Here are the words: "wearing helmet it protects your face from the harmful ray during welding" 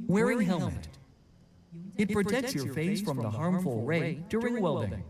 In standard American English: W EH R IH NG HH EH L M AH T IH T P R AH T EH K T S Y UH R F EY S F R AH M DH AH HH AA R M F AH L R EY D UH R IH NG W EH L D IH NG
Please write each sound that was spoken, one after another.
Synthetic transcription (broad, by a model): W EH R IH NG HH EH L M AH T IH T P R AH T EH K T S Y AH R F EY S F R AH M DH AH HH AA R M F AH L R EY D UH R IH NG W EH L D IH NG